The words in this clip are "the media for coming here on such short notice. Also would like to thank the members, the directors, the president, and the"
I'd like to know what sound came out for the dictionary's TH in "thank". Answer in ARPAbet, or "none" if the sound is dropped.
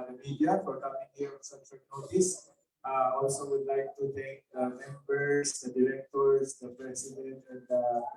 T